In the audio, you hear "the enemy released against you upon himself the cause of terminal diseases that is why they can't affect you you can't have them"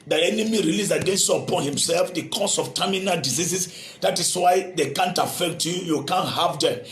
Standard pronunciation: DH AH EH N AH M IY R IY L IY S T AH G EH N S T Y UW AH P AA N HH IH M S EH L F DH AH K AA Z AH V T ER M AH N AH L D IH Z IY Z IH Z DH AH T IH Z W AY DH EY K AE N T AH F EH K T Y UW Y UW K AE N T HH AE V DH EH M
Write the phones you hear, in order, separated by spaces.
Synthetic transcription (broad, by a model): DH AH EH N AH M IY R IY L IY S AH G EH N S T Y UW AH P AA N HH IH M S EH L F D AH K AA S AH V T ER M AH N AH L D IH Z IY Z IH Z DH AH T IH S W AY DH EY K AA N T AH F EH K T Y UW Y UW K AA N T HH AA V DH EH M